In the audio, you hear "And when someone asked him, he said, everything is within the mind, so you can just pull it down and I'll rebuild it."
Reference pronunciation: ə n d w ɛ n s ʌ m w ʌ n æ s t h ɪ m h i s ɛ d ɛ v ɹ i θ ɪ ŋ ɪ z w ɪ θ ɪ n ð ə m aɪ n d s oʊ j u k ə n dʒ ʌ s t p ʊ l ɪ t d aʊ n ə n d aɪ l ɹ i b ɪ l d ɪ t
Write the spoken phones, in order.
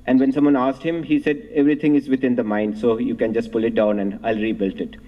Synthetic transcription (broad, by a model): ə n d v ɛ n s ʌ m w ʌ n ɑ s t h ɪ m h i s ɛ d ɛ v ɹ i t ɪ ŋ ɪ z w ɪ t ɪ n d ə m aɪ n d s oʊ j u k ə n dʒ ʌ s t p ʊ l ɪ t d aʊ n ə n d aɪ l ɹ i b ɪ l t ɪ t